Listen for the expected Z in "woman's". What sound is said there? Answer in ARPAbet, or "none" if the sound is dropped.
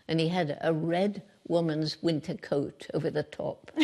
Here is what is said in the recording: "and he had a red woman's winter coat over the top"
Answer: Z